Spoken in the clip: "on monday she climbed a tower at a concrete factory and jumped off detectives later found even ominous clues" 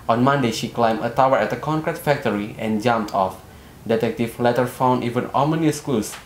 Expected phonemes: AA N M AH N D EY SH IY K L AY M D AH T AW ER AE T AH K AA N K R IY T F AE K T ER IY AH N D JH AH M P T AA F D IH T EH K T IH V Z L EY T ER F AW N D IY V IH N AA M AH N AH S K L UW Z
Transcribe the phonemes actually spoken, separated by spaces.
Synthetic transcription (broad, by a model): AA N M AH N D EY SH IY K L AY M AH T AW ER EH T AH K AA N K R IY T F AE K T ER IY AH N JH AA M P T AA F D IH T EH K T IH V L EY T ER F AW N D IY V IH N AA M AH N AH S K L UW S